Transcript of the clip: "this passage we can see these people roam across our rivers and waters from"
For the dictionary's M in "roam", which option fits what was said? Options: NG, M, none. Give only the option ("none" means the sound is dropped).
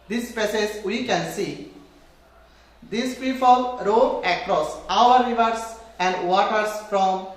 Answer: none